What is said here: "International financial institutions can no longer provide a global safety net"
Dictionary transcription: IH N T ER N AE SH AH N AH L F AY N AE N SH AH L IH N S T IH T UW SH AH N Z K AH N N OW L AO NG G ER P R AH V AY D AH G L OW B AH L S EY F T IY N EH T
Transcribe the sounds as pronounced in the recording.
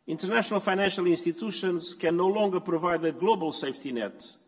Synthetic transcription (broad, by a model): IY N T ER N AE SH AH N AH L F AY N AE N SH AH L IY N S T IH T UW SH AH N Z K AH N N OW L AO NG G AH P R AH V AY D AH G L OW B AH L S EY F T IY N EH T